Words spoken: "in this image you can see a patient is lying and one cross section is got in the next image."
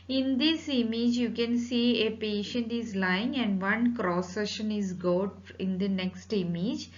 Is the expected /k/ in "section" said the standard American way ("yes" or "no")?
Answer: no